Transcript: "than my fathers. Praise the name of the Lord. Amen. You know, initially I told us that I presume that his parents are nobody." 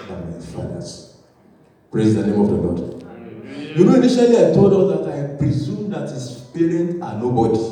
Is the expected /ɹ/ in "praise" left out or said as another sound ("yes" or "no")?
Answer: no